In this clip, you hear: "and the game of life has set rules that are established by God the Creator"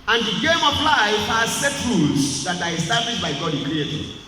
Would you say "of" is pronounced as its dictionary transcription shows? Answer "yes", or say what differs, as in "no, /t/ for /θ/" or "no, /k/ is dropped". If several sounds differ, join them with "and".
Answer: no, /p/ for /v/